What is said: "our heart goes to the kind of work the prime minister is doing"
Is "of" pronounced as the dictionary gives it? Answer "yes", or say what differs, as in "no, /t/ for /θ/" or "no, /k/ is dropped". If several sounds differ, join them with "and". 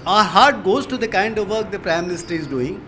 yes